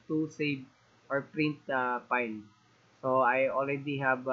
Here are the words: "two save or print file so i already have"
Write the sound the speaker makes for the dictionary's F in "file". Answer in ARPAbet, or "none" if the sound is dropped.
P